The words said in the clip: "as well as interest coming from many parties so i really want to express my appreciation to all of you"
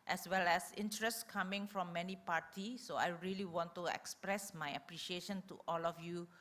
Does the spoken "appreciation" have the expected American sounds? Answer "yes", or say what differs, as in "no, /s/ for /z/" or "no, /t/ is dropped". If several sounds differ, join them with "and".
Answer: yes